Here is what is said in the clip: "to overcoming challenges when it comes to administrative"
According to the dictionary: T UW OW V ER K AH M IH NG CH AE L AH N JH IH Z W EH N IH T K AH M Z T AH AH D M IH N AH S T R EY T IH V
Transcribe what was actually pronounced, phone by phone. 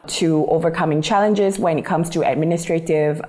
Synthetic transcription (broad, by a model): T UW OW V ER K AH M IH NG CH AE L AH N JH IH Z W EH N IH T K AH M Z T AH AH D M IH N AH S T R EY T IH V